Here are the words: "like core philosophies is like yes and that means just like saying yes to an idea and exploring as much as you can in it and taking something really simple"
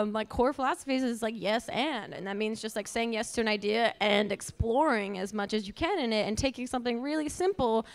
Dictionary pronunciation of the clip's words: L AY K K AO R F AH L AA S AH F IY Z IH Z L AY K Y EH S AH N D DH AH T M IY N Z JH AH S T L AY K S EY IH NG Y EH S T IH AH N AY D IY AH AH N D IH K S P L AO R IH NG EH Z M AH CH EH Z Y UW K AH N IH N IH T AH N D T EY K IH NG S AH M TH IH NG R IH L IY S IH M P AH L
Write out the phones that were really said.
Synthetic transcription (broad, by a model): L AY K K AO R F AH L AA S AH F IY Z IH Z L AY K Y EH S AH N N DH AH T M IY N Z JH AH S T L AY K S EY IH NG Y EH S T IH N AY D IY AH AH N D IH K S P L AO R IH NG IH Z M AH CH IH Z Y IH K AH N IH N IH T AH N T EY K IH NG S AH M TH IH NG R IH L IY S IH M P L